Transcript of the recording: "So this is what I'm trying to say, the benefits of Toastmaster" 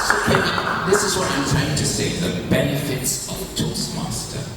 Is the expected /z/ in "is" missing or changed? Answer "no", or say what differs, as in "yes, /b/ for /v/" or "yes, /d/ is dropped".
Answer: no